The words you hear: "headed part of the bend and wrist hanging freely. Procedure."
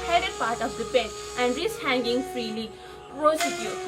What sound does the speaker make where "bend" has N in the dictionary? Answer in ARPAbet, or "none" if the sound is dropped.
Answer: none